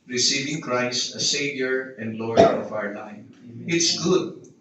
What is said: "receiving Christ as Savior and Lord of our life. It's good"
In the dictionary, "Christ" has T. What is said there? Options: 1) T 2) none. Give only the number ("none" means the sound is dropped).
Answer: 2